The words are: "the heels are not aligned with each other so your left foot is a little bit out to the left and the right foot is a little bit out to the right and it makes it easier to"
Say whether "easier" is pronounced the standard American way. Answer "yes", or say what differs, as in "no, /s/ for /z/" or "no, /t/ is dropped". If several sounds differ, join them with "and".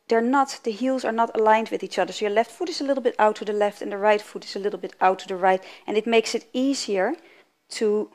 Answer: yes